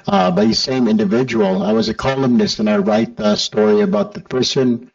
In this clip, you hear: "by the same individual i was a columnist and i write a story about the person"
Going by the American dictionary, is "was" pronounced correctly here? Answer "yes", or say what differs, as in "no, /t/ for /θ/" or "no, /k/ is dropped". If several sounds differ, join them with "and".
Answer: yes